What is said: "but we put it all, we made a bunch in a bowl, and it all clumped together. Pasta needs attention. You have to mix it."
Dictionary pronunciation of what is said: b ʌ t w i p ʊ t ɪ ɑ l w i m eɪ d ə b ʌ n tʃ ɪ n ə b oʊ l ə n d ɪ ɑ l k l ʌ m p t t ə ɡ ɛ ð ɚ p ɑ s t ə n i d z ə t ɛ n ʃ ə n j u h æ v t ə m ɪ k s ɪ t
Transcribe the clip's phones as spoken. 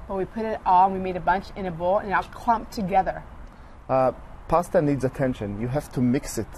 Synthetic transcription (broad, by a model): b ʌ t w i p ʊ t ɪ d w i m eɪ d ə b ʌ n tʃ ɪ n ə b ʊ l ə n ɪ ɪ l k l ʌ m p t t ə ɡ ɛ ð ɚ p ɑ s t ə n i d z ə t ɛ n ʃ ə n j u h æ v t ə m ɪ k s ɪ t